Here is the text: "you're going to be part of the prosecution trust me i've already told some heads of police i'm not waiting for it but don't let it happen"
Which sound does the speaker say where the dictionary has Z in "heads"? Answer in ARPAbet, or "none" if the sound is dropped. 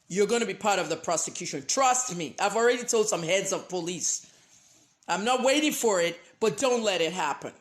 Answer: Z